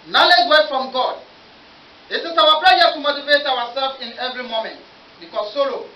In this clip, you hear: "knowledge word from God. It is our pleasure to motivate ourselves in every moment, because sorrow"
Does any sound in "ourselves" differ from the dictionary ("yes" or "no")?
yes